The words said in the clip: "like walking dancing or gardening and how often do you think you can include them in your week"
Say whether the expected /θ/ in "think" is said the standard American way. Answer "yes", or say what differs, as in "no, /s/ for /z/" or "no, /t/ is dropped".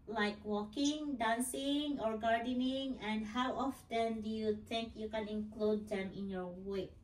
no, /t/ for /θ/